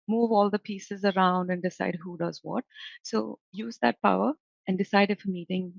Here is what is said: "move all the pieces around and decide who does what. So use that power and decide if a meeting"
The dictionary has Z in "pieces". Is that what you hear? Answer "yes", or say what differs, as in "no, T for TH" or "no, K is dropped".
yes